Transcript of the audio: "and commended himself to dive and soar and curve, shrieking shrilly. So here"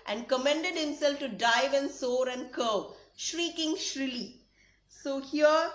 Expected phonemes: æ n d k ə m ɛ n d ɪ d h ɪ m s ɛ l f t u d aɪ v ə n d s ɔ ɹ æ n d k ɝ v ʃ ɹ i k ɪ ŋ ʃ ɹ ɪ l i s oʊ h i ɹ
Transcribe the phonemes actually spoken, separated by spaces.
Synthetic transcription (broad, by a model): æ n d k ə m ɛ n d ɪ d h ɪ m s ɛ l f t u d aɪ v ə n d s ɔ ɹ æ n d k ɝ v ʃ ɹ i k ɪ ŋ ʃ ɹ ɪ l i s oʊ h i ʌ